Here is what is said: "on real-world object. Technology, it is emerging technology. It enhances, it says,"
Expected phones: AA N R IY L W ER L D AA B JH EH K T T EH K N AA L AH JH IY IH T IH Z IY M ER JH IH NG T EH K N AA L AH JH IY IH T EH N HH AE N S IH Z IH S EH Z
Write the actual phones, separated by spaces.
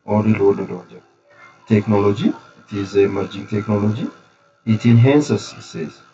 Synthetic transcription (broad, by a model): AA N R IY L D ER D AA JH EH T T EH K N AA L AH JH IY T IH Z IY M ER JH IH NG T EH K N AA L AH JH IY IH T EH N HH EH N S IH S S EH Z